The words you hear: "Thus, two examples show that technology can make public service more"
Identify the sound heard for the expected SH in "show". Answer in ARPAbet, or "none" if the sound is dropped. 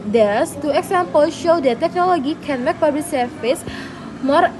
SH